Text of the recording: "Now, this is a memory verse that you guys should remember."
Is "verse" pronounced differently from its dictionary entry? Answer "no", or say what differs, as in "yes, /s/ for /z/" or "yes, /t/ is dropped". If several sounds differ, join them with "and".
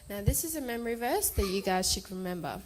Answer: no